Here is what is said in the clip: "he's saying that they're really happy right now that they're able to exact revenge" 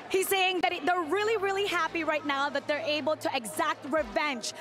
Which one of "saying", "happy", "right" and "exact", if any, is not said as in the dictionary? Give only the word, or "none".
none